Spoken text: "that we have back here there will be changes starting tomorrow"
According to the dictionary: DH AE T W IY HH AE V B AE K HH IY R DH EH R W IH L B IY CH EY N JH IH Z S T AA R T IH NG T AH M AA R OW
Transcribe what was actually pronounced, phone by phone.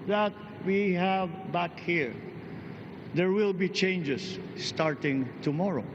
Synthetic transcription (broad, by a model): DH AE T W IY HH AE V B AE K HH IY R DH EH R W IH L B IY CH EY N JH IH S T AA R T IH NG T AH M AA R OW